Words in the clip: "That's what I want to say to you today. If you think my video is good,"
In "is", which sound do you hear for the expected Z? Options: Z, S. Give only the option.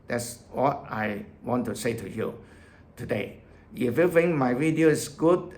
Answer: S